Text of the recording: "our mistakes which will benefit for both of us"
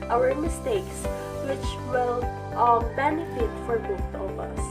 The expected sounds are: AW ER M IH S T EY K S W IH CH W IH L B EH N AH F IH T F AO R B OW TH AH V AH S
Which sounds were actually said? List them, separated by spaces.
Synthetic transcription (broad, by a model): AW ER M IH S T EY K S W IH CH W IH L B EH N AH F IH T F AO R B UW T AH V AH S